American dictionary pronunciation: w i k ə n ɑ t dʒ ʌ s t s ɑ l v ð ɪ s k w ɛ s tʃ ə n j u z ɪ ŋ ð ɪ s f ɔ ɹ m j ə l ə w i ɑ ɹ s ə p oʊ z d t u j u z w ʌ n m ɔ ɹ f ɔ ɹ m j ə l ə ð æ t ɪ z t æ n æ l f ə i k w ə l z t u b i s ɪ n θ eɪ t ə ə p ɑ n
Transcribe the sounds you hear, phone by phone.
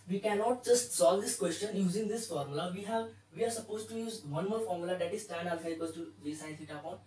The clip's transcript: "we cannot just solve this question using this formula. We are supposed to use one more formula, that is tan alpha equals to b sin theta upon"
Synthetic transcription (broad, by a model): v i k ə n ɑ t dʒ ʌ s t s ɑ l v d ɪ s k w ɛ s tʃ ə n j u z ɪ ŋ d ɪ s f ɔ ɹ m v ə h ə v i ɑ ɹ s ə p oʊ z t u j u z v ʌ n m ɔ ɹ f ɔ ɹ m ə l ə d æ t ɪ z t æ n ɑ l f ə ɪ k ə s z t u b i s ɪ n s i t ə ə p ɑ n